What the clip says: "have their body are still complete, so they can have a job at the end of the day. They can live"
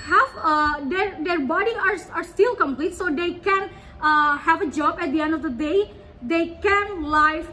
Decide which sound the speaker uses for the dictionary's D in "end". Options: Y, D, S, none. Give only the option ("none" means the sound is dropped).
D